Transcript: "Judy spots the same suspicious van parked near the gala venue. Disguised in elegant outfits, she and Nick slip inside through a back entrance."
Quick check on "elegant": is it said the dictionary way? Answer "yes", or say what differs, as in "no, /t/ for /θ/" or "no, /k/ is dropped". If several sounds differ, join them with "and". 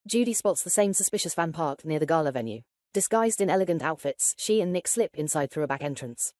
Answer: yes